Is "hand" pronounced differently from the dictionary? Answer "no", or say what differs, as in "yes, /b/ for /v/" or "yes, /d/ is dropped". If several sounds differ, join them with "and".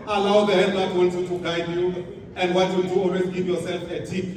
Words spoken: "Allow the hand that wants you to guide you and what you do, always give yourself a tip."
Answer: yes, /n/ is dropped